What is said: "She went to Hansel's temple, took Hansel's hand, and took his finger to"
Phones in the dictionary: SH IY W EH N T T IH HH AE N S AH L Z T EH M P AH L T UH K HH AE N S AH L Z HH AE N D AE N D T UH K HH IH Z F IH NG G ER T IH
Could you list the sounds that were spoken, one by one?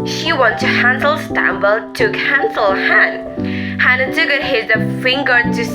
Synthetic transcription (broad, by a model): SH IY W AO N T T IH HH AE N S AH L S T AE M B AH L T UH K HH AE N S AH L HH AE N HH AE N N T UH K HH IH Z F IH NG G ER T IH